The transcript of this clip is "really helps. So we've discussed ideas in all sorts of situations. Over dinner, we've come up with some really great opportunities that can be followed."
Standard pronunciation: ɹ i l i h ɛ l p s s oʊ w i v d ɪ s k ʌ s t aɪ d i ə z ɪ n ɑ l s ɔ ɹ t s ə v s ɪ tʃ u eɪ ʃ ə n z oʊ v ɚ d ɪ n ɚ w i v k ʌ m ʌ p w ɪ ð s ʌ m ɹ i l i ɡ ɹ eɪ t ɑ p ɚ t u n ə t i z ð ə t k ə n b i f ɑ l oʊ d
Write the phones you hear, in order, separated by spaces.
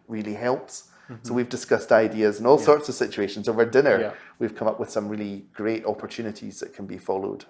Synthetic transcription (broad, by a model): ɹ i l i h ɛ l p s s oʊ w i v d ɪ s k ʌ s t aɪ d i ə z ɪ n ɑ l s ɔ ɹ t s ə v s ɪ tʃ u eɪ ʃ ə n z oʊ v ɚ d ɪ n ɚ w i v k ʌ m ʌ p w ɪ ð s ʌ m ɹ i l i ɡ ɹ eɪ t ɑ p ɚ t u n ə t i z ð ə t k ə n b i f ɑ l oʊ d